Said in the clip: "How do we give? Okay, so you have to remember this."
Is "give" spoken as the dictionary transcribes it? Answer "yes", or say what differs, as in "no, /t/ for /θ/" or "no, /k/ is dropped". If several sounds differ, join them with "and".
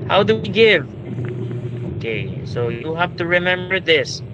yes